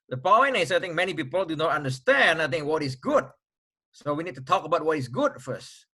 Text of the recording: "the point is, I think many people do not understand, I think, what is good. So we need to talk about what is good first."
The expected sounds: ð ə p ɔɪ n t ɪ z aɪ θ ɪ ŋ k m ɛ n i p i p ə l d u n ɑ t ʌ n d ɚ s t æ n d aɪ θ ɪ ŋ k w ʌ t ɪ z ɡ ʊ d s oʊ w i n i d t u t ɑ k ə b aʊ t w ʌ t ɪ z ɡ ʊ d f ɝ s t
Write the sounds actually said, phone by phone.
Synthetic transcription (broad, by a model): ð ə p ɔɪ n ɪ s aɪ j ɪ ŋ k m ɛ n i p i p ə l d u n ɑ t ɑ n d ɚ s t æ n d aɪ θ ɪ ŋ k w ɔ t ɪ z ɡ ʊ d s oʊ w i n i d t u t ɑ k ə b aʊ t w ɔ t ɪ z ɡ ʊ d f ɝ s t